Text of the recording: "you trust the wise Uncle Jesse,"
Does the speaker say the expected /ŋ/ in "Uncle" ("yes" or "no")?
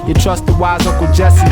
no